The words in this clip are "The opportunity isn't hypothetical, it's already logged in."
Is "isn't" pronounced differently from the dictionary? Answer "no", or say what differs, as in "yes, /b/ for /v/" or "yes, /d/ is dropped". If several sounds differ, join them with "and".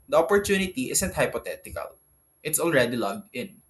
yes, /s/ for /z/